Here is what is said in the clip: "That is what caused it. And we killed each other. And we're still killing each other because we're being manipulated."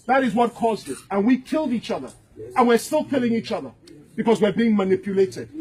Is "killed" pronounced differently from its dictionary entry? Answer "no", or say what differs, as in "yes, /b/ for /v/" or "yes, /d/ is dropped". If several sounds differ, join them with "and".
no